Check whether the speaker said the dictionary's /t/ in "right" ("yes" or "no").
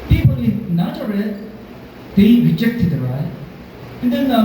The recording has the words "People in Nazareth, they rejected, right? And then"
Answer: no